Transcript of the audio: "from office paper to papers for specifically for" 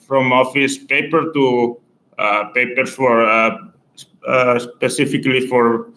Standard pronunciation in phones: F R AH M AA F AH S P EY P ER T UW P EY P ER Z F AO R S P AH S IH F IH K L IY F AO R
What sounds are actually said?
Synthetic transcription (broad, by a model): F R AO M AA F AH S P EY P ER T UW P EY P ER F AO R S P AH S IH F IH K L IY F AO R